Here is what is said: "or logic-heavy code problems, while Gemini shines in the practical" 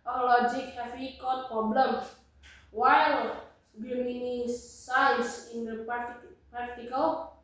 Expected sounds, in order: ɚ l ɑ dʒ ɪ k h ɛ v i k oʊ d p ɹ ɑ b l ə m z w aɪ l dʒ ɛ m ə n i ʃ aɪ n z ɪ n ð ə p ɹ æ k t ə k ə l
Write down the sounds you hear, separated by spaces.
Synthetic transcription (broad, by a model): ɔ l ɑ dʒ ɪ k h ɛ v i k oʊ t p ɹ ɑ b l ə m w aɪ l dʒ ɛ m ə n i s aɪ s ɪ n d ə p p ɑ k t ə k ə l